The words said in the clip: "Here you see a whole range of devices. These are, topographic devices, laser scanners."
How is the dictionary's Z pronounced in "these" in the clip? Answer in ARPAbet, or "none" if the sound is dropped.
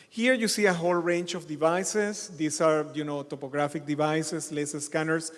S